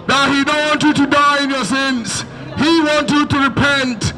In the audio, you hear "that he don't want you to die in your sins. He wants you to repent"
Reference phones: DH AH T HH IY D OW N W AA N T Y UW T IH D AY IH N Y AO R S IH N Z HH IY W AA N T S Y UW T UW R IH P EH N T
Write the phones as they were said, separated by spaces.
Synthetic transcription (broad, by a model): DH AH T HH IY D OW N W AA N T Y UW T IH D AY IH N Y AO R S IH N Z HH IY W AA N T Y UW T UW R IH P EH N T